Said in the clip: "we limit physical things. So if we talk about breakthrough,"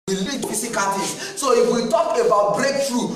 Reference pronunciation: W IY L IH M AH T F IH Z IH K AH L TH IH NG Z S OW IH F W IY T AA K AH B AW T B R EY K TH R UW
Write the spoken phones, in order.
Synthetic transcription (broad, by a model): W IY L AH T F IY S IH K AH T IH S S OW IH F W IY T AA K AH B AW T B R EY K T R UW